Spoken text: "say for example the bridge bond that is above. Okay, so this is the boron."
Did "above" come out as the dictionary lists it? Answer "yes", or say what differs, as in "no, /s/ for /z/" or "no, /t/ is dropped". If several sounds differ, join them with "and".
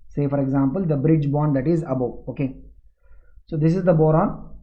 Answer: no, /v/ is dropped